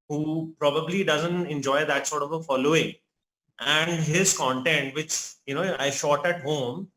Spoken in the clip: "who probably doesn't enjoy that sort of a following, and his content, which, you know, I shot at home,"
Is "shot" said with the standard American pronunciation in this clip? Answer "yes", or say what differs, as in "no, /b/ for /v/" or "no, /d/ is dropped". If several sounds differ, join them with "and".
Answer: yes